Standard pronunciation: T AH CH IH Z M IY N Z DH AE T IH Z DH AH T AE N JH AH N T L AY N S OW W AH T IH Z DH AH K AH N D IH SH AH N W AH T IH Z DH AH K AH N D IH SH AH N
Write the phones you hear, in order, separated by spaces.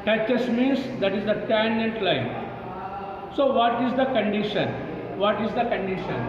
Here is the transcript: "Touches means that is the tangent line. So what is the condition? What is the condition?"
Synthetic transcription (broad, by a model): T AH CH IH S M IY N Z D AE T IH Z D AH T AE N AH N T L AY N S OW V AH T IH Z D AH K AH N D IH SH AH N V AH T IH Z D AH K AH N D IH SH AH N